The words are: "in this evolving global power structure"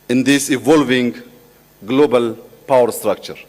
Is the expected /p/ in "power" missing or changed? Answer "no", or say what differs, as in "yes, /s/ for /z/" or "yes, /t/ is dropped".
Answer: no